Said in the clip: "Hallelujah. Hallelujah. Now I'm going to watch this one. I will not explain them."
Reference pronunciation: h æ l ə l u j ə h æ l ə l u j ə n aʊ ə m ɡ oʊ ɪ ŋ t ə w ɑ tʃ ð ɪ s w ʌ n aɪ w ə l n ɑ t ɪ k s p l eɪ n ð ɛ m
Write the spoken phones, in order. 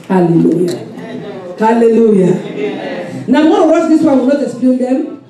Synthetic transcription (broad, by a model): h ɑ l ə l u j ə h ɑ l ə l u j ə n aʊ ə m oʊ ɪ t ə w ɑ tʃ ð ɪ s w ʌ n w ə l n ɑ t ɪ s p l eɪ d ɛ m